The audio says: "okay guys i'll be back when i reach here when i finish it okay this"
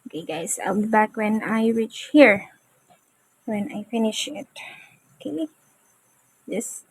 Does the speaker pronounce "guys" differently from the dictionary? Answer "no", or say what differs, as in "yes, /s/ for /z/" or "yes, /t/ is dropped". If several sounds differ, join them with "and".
yes, /s/ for /z/